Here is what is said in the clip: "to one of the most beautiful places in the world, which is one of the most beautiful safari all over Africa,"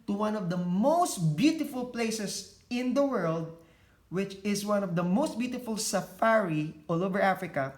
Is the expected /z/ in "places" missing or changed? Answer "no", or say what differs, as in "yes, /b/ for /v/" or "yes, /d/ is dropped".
yes, /s/ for /z/